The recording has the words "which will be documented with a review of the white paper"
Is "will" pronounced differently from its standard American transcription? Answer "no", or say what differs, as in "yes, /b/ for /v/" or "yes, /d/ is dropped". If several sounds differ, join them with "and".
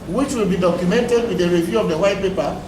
no